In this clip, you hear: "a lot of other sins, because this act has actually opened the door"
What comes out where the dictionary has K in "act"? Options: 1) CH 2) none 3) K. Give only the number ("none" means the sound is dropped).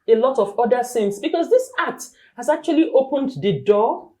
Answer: 2